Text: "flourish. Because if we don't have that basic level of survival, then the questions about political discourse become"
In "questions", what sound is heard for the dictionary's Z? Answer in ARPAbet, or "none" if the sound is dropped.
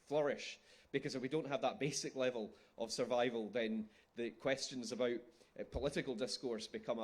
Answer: Z